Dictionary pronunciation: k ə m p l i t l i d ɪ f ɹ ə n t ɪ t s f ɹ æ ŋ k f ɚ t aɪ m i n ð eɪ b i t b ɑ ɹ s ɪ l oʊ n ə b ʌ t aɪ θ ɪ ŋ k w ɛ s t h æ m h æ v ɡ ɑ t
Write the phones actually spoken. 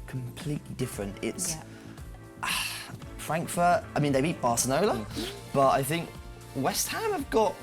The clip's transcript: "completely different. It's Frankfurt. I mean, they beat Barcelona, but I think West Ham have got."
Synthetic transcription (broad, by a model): k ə m p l i t l i d ɪ f ɹ ə n t ɪ t s f ɹ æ ŋ k f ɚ t aɪ m i n ð eɪ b i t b ɑ s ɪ n oʊ l ə b ʌ t aɪ θ ɪ ŋ k w ɛ s t h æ m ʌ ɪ v ɡ ɑ t